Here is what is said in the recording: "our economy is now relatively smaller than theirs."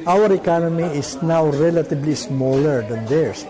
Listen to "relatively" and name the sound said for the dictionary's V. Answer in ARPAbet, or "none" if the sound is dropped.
B